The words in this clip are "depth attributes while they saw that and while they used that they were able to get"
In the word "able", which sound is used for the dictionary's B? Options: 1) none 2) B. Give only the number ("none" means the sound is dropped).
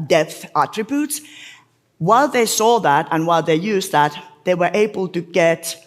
2